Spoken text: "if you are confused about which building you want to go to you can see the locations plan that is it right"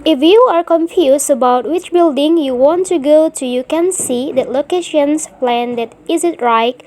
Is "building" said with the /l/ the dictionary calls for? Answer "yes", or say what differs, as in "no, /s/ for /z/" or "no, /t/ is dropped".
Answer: yes